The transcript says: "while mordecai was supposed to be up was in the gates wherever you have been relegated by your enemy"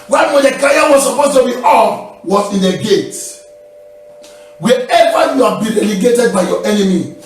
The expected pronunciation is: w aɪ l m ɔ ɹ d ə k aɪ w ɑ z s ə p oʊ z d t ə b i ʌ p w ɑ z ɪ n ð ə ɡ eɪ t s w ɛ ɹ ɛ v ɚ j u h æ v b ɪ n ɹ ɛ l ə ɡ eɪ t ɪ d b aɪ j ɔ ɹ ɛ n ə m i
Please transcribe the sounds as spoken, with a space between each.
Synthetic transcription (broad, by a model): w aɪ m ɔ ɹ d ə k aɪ w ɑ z s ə p oʊ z t ə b i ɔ f w ɑ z ɪ n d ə ɡ eɪ t w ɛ ɛ v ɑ j u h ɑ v b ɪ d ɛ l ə ɡ eɪ t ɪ d b aɪ j ɔ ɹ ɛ n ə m i